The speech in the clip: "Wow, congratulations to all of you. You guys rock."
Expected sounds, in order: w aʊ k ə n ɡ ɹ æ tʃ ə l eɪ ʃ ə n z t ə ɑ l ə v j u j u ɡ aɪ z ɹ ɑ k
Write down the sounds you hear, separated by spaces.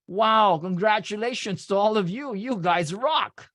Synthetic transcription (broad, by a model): w aʊ k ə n ɡ ɹ æ tʃ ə l eɪ ʃ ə n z t ə ɑ l ə v j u j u ɡ aɪ z ɹ ɑ k